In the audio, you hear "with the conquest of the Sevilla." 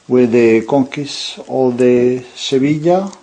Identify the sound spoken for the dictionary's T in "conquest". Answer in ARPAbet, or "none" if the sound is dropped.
none